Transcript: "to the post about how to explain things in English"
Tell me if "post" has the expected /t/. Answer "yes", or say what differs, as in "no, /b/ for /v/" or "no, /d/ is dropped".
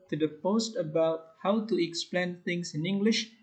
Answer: yes